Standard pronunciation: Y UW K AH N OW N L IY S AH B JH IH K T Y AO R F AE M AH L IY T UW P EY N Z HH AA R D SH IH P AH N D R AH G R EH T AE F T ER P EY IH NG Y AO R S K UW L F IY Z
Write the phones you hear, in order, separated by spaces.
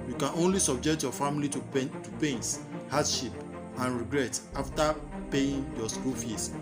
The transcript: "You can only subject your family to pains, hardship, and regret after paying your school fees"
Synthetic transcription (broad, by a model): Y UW K AH N OW N L IY S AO B JH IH K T Y AO F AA M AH L IY T UW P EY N S HH AA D SH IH P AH N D R AH G R EH T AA F T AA P EY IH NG Y AO S K UW L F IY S